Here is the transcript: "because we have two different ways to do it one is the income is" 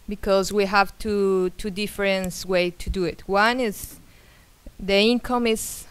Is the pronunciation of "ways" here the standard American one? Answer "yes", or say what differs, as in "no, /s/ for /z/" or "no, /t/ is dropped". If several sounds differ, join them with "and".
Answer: no, /z/ is dropped